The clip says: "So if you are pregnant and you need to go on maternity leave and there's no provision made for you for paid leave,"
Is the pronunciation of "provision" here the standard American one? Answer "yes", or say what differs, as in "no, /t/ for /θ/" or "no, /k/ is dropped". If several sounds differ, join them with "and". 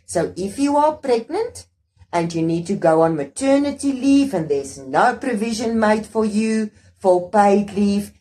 yes